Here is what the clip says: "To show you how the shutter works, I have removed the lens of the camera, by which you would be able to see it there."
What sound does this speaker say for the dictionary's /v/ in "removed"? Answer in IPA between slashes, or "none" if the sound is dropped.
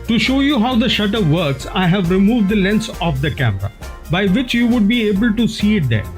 /v/